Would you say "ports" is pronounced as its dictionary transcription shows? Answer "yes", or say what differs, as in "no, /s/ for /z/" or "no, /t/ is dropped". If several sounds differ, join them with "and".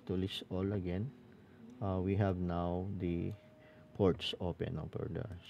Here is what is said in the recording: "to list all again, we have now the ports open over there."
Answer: yes